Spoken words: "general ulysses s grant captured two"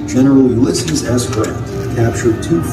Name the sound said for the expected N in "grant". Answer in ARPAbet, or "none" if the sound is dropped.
none